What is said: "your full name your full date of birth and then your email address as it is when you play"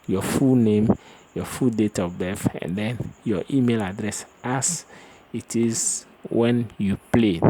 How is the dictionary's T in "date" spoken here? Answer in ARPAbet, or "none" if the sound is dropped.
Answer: T